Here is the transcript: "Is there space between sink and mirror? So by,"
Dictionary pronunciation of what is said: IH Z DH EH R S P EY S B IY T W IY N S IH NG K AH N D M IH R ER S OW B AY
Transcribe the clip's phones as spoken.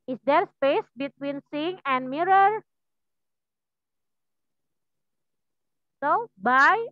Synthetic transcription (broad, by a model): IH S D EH R S P EY S B IY T W IY N S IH NG AH N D M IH R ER S OW B AY